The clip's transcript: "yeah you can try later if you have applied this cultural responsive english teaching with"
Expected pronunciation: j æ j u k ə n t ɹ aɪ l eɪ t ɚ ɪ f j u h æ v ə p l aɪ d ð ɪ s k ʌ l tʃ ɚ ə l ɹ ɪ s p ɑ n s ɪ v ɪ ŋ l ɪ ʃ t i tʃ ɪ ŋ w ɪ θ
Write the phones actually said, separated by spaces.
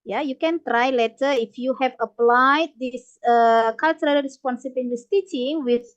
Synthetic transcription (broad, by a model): j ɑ j u k ə n t ɹ aɪ l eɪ t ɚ ɪ f j u h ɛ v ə p l aɪ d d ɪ s k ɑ l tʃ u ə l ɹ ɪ s p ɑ n s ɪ b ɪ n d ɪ s t i tʃ ɪ ŋ w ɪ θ